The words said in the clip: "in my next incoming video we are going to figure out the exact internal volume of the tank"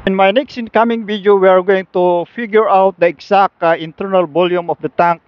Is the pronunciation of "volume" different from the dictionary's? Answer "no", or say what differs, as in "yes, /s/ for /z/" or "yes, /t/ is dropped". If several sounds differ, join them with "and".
yes, /b/ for /v/